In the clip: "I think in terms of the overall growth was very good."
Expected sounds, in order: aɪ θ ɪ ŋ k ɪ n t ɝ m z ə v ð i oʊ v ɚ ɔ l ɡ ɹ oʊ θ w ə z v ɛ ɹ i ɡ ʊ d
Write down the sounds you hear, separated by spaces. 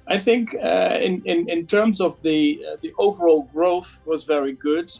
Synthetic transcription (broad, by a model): aɪ θ ɪ ŋ k ɪ n t ɝ m z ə v ð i oʊ v ɚ ɔ l ɡ ɹ oʊ θ w ə z v ɛ ɹ i ɡ ʊ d